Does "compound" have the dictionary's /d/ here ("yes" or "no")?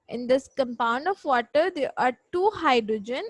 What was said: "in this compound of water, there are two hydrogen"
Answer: yes